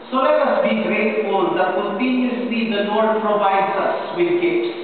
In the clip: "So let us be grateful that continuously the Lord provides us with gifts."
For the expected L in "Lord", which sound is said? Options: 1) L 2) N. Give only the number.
2